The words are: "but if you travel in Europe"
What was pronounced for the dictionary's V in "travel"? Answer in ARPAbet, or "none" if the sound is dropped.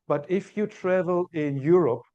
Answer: V